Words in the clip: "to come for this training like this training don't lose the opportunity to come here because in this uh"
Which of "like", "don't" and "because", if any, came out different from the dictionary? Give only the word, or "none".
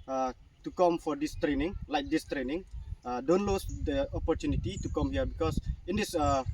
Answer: because